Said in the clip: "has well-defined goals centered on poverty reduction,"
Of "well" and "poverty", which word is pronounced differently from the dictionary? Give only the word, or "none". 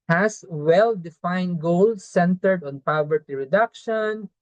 none